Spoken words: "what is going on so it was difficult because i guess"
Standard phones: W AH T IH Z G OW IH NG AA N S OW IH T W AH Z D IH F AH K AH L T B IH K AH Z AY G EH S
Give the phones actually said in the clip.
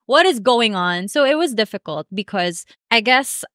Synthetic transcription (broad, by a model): W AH T IH Z G OW IH NG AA N S OW IH T W AH Z D IH F AH K AH L T B IH K AH Z AY G EH S